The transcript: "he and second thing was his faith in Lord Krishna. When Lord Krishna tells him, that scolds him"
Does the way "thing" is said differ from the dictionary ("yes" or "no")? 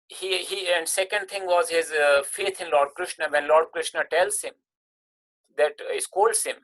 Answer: yes